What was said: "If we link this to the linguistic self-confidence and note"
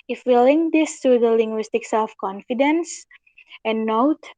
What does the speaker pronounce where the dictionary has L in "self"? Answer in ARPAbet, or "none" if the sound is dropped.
none